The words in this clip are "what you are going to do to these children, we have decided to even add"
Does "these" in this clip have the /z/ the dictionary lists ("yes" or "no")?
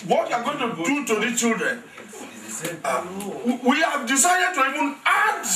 no